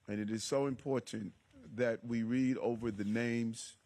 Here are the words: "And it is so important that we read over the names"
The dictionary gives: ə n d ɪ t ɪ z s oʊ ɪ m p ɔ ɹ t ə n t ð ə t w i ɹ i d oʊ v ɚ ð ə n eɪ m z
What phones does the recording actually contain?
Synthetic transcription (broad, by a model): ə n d ɪ t ɪ z s oʊ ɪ m p ɔ ɹ t n ð ə t w i ɹ i d oʊ v ɚ ð ə n eɪ m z